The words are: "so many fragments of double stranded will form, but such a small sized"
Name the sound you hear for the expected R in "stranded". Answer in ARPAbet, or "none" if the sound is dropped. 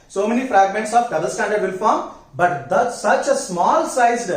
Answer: none